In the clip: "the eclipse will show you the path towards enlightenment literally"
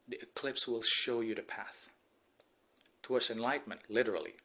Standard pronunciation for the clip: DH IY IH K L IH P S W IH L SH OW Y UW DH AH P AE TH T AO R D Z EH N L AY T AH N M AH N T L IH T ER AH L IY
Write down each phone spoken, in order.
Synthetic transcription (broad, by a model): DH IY IH K L IH P S W IH L SH OW Y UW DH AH P AE TH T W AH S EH N L AY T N M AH N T L IH T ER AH L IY